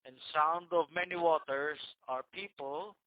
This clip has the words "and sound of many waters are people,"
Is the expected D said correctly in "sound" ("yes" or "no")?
yes